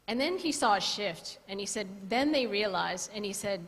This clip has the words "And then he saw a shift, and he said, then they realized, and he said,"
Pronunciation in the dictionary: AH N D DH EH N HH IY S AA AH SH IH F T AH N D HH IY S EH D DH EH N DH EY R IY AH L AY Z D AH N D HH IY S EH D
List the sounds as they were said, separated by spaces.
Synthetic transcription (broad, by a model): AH N DH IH N IY S AA AH SH IH F T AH N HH IY S EH D DH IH N DH EY R IY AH L AY Z AH N IY S EH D